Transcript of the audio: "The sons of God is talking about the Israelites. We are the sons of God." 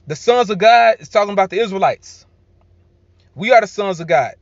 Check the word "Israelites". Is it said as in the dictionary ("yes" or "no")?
yes